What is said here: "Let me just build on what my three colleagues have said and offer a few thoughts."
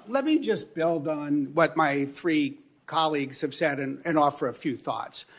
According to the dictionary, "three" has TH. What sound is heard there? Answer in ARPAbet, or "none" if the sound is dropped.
TH